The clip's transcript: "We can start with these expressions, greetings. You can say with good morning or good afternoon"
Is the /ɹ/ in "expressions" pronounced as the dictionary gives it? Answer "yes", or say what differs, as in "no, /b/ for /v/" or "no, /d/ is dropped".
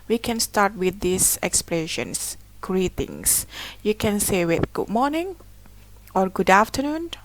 no, /l/ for /ɹ/